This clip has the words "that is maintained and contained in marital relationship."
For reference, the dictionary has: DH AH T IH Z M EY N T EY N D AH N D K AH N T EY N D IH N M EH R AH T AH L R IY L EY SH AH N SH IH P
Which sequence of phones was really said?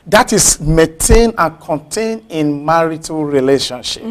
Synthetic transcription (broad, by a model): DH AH T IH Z M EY N T EY N AH N K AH N T EY N IH N M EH R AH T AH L R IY L EY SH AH N SH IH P